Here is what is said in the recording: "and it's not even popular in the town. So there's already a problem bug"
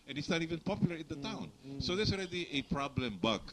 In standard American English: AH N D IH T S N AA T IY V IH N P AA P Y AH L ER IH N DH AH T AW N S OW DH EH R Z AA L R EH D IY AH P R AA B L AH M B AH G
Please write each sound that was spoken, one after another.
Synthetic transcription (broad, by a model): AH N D IH T S N AA T IY V IH N P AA P Y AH L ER IH N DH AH T AW N S OW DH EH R S AA L R EH D IY AH P R AA B L AH M B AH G